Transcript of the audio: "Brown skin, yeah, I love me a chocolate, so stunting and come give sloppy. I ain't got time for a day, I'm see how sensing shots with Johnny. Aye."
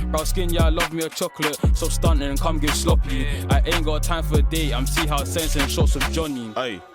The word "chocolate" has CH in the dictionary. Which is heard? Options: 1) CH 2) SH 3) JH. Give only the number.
1